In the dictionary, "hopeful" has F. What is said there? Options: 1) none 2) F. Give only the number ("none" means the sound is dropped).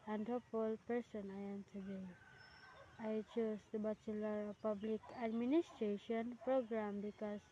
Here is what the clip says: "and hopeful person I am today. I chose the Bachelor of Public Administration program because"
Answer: 1